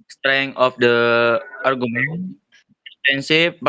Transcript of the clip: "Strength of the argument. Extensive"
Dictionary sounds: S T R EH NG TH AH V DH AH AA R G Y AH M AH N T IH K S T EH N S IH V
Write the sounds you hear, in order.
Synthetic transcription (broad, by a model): S T R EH NG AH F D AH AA R G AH M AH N IH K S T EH N S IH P